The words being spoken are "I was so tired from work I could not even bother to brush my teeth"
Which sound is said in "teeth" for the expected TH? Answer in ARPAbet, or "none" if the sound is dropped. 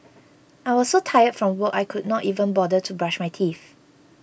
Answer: F